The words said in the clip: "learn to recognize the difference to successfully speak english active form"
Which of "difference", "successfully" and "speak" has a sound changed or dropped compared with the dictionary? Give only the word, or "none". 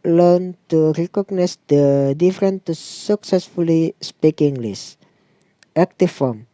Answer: difference